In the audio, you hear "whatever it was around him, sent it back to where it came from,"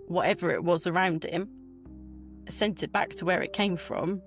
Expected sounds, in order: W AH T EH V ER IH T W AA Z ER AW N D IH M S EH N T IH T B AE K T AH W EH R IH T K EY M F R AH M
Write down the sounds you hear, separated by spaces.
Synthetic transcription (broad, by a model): W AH T EH V ER IH T W AA Z ER AW N D IH M S EH N T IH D B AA K T AH W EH R IH T K EY M F R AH M